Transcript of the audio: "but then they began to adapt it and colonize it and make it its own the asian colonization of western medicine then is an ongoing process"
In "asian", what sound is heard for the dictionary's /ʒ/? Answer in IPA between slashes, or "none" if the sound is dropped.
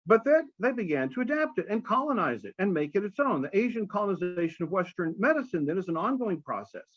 /ʒ/